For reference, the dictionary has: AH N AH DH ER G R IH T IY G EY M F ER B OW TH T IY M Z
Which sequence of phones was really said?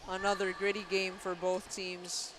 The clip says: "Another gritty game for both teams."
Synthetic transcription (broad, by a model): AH N AH DH ER G R IH T IY G EY M F ER B OW TH T IY M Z